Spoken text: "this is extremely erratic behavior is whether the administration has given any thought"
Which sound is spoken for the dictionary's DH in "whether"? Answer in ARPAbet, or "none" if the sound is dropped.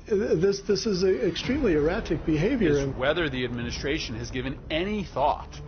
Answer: DH